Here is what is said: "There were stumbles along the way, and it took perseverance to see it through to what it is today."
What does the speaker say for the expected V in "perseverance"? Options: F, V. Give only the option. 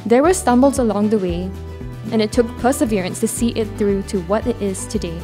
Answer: V